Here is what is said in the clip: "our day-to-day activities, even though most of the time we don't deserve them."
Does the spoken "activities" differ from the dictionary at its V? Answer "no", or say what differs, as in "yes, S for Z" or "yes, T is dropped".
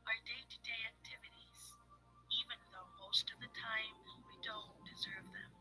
no